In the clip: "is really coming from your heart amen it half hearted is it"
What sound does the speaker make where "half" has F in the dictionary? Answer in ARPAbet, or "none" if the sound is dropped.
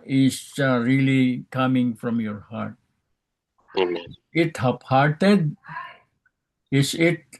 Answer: P